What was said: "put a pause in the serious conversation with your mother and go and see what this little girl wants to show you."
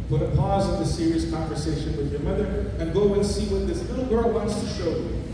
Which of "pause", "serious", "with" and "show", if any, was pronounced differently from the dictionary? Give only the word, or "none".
none